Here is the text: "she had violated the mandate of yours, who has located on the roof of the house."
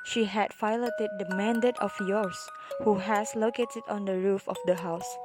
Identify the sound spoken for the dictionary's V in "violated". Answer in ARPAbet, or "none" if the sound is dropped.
F